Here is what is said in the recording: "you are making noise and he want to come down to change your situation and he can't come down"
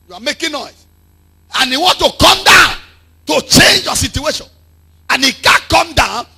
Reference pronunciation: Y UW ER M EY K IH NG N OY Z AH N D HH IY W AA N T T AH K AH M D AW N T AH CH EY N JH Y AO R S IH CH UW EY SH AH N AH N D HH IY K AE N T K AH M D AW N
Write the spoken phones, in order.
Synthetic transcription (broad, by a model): Y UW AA M EY K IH N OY S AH N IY W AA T T AH K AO M D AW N T AH CH EY N JH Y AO S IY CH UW EY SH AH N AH N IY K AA K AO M D AW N